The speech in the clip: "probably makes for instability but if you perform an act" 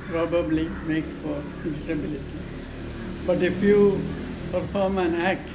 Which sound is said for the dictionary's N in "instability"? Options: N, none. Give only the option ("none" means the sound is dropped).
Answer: none